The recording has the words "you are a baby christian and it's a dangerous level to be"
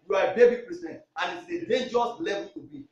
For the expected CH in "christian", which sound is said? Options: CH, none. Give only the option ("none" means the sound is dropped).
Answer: none